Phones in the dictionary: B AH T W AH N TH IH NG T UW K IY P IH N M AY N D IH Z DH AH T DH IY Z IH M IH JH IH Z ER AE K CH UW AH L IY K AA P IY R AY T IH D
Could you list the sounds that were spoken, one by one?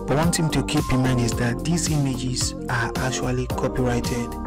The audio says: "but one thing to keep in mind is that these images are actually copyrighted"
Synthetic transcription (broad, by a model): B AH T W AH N T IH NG T UW K IY P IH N M AY N D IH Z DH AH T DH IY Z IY M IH JH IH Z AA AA K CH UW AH L IY K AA P IY R AY T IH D